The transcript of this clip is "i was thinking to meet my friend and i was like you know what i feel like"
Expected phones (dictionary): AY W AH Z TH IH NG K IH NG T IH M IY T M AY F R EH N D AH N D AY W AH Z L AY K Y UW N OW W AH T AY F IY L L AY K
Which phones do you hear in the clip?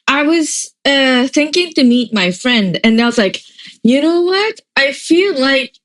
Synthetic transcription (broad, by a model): AY W AH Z TH IH NG K IH NG T IH M IY T M AY F R EH N D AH N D AY W AH Z L AY K Y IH N OW W AH T AY F IY L L AY K